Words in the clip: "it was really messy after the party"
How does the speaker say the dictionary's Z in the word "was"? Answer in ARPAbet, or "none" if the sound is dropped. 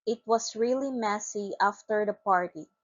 S